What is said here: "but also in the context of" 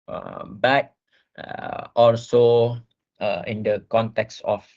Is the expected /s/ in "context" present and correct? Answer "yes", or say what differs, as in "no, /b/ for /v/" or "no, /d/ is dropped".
yes